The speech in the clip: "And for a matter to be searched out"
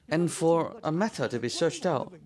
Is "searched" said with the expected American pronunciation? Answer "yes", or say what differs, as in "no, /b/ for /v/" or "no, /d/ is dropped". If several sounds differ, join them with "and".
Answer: yes